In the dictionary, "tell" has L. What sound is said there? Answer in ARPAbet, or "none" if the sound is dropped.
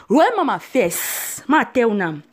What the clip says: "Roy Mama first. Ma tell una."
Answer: W